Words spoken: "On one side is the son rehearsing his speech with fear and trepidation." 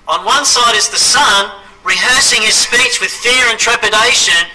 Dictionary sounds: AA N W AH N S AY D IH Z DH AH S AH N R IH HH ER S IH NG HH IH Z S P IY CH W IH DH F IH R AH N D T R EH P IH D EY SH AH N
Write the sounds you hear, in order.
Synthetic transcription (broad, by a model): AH N W AH N S AY D IH Z DH AH S AH N R IH HH ER S IH NG IH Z S P IY CH W IH DH F IH R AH N T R EH P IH D EY SH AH N